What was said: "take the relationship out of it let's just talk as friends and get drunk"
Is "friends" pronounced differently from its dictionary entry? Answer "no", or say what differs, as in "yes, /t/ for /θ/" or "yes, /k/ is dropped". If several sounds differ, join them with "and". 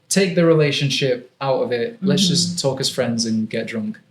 no